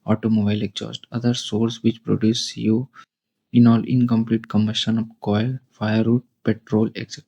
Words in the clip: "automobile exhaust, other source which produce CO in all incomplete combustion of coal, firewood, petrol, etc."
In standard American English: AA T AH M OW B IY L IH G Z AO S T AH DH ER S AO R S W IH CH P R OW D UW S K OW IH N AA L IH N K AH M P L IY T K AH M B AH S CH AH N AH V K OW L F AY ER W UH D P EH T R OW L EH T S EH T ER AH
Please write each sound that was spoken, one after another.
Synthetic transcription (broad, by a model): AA T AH M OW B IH L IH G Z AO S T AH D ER S AO R S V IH CH P R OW D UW S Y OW IH N AA L IH N K AH M P L IY T K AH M AH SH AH N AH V K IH L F AY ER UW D P EH T R OW L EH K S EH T